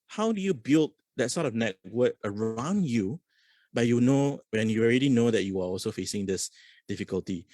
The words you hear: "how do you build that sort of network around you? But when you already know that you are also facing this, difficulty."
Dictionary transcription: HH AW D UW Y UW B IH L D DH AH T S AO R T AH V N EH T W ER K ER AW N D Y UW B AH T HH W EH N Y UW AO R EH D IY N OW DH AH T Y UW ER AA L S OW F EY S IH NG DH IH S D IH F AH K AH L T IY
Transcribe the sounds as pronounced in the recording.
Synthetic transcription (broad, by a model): HH AW D UW Y UW B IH L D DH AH T S AO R T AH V N EH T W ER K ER AW N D Y UW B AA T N W EH N Y UW AO R EH D IY N OW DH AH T Y UW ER AA L S OW F EY S IH NG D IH S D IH F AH K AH L T IY